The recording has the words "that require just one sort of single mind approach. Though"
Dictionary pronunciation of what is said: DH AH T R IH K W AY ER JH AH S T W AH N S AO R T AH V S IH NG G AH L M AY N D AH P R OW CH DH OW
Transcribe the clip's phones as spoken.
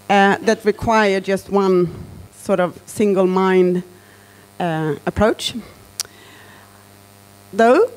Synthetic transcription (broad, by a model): DH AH T R IH K W AY ER JH AH S T W AH N S AO R T AH V S IH NG G AH L M AY N D AH P R OW CH DH OW